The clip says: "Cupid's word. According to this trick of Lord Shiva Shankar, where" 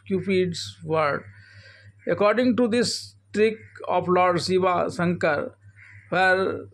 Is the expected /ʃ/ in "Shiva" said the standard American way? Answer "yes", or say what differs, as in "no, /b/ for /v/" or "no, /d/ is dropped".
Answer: no, /s/ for /ʃ/